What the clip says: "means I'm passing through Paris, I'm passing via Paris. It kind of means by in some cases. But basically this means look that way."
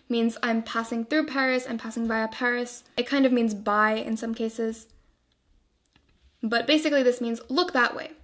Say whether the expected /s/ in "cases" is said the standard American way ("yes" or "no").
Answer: yes